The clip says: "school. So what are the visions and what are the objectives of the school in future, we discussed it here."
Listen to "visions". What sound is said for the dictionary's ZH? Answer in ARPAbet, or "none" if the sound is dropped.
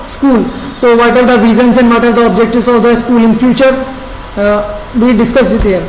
Z